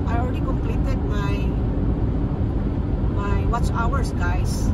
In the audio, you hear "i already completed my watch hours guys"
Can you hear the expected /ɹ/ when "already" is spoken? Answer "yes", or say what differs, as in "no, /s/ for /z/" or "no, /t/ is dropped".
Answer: no, /l/ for /ɹ/